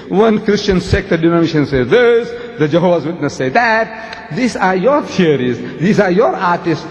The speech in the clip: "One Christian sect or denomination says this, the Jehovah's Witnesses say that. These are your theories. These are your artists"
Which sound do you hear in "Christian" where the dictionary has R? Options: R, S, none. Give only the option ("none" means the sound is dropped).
R